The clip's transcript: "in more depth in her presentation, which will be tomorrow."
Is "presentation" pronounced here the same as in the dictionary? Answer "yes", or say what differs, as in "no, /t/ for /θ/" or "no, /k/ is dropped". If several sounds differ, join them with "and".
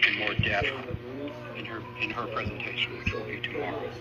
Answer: yes